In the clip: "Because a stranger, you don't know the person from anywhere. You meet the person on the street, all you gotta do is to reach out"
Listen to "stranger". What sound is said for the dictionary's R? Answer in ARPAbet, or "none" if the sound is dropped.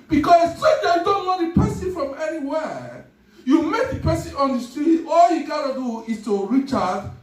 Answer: none